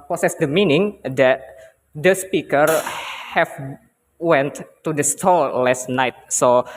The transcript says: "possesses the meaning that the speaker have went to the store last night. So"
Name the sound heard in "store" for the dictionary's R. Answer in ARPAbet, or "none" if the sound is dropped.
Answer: L